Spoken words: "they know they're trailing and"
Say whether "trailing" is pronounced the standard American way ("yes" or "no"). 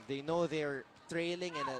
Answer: yes